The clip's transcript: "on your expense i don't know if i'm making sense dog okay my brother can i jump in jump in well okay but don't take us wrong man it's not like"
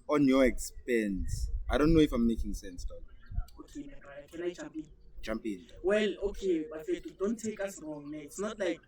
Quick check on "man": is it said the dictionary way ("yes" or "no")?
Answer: no